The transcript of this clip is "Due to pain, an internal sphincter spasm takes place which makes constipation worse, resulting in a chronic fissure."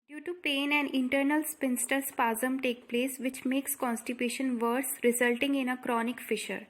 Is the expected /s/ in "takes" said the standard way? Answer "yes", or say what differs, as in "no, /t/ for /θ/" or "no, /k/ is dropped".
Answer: no, /s/ is dropped